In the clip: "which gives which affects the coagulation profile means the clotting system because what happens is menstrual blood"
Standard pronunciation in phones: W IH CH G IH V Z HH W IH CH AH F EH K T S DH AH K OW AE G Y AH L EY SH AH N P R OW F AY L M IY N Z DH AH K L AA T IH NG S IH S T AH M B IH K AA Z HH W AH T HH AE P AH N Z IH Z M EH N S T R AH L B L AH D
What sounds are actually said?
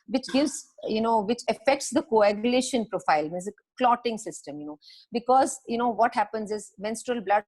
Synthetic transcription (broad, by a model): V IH CH G IH V Z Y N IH CH AH F EH K T S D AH K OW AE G Y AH L EY SH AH N P R OW F AY L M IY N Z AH K L AA T IH NG S IH S T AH M B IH K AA Z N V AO T HH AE P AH N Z IH Z M EH N S T R AH L B L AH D